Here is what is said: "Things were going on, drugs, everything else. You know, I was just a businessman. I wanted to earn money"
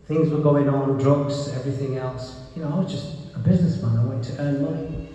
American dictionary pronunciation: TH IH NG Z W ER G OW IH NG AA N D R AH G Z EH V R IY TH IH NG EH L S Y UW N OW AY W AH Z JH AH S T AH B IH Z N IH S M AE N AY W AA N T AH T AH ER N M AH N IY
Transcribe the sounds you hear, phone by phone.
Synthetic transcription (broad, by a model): TH IH NG Z W ER G OW IH NG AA N D R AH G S EH V R IY TH IH NG EH L S Y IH N OW AY W AH Z JH AH S T AH B IH Z N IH S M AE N AY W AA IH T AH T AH ER N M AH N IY